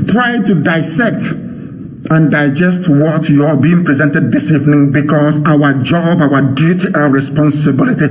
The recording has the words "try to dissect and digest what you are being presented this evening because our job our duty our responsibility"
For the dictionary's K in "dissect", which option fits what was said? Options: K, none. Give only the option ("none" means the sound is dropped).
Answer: K